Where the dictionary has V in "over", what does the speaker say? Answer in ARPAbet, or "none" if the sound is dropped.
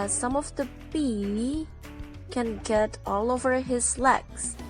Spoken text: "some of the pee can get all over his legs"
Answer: V